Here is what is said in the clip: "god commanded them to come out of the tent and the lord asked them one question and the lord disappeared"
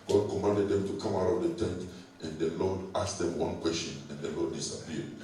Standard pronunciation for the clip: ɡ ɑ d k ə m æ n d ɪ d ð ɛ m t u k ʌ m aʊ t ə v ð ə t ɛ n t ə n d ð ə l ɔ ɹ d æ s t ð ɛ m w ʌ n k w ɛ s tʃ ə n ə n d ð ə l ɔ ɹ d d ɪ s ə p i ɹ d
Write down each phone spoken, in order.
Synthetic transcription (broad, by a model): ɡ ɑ d k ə m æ n d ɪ d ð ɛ m t u k ʌ m aʊ t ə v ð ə t ɛ n t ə n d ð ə l ɔ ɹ d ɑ s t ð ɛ m w ʌ n k w ɛ s tʃ ə n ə n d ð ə l ɔ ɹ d d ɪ s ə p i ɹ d